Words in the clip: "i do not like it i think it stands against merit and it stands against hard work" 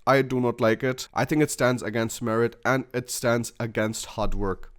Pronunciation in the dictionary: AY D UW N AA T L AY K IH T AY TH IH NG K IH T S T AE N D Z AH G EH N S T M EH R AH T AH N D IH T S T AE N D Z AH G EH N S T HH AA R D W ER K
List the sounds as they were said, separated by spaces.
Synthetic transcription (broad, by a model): AY D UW N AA T L AY K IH T AY TH IH NG K IH T S T AE N D Z AH G EH N S T M EH R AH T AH N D IH T S T AE N D Z AH G EH N S T HH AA D W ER K